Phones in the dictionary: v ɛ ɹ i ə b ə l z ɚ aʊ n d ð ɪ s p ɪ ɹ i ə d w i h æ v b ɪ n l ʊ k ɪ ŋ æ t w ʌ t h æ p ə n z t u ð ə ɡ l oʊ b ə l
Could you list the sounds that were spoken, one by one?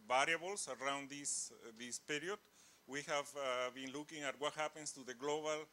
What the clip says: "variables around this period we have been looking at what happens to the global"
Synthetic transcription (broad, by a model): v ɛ ɹ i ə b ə l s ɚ aʊ n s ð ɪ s p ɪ ɹ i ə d w i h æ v b ɪ n l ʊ k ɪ ŋ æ t w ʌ t h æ p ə n s t u ð ə ɡ l oʊ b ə l